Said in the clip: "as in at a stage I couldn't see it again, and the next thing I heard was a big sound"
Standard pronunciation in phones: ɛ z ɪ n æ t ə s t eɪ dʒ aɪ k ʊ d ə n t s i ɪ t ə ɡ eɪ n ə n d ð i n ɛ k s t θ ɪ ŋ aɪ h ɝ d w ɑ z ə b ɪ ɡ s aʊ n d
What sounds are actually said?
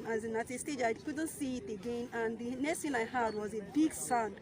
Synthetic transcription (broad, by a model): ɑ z ɪ n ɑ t ə s t eɪ dʒ aɪ k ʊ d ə n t s i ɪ t ə ɡ eɪ n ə n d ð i n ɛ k s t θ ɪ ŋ aɪ h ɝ d w ɑ z ə b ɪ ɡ s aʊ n